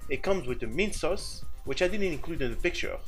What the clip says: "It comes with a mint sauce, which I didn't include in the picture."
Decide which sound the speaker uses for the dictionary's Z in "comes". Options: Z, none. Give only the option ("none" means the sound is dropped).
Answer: Z